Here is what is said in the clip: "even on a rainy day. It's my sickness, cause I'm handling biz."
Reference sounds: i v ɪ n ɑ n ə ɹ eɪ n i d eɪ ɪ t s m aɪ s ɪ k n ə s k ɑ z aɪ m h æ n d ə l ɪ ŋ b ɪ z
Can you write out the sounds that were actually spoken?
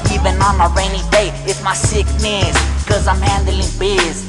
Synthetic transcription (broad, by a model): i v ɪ n ɑ n ə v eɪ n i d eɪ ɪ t m aɪ s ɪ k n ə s k ɑ z aɪ m h æ n d ə l ɪ ŋ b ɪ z